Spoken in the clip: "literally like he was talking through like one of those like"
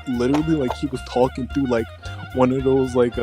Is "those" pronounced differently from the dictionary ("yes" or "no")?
no